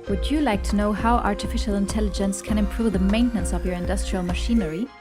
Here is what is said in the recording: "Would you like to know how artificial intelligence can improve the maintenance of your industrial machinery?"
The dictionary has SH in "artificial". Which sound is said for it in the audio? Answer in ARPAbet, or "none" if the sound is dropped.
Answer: SH